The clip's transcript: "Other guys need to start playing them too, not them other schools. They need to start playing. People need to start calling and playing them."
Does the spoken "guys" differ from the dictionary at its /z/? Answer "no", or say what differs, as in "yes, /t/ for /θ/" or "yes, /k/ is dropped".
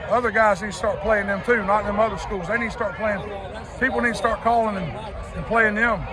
no